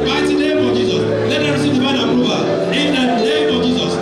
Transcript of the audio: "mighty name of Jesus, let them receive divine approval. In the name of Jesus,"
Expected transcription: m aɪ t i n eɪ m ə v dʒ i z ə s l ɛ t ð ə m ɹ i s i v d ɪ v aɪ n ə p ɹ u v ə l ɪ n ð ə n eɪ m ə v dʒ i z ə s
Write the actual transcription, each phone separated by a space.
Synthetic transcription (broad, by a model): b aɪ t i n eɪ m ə dʒ i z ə s l ɛ t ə ɹ i s i v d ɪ b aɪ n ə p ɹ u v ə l ɪ n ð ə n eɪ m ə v dʒ i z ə s